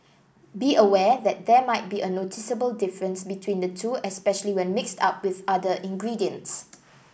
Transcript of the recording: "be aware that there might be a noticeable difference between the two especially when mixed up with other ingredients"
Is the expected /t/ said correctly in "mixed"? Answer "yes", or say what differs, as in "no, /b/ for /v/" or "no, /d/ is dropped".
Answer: yes